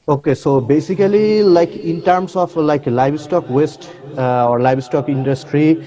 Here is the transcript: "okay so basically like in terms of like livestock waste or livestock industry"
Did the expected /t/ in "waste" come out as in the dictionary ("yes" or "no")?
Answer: yes